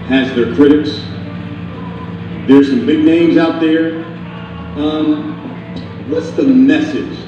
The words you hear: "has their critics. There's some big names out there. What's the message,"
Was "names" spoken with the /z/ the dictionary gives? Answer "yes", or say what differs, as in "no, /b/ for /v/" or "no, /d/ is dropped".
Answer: yes